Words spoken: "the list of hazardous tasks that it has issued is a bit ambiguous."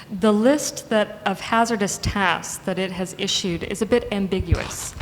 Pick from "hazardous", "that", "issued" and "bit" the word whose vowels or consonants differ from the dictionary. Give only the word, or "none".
none